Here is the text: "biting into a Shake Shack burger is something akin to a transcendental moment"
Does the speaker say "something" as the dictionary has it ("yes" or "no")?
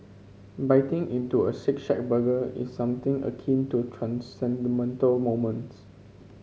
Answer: no